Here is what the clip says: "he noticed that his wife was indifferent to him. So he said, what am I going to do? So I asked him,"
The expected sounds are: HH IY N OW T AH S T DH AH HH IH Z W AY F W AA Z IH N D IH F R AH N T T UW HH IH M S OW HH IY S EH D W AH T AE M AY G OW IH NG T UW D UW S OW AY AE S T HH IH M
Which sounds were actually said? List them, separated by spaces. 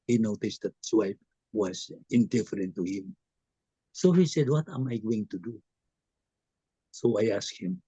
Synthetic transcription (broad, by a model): HH IY N OW T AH S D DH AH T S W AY P W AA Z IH N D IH F R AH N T T UW HH IH M S OW HH IY S EH D W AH T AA M AY G OW IH NG T UW D UW S OW AY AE S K HH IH M